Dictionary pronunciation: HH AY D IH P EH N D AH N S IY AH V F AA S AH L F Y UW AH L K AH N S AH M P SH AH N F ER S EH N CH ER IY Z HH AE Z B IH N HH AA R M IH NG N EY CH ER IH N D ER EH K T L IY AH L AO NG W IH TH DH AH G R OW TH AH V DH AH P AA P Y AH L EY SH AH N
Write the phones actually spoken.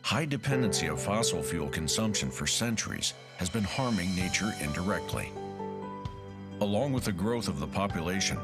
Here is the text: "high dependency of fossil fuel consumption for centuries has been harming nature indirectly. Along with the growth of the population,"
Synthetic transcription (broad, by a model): HH AY D IH P EH N D AH N S IY AH V F AA S L F Y UW L K AH N S AH M P SH AH N F ER S EH N CH ER IY Z HH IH Z B IH N HH AA R M IH NG N EY CH ER IH N D ER EH K T L IY AH L AO NG W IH DH AH G R OW TH AH V DH AH P AA P Y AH L EY SH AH N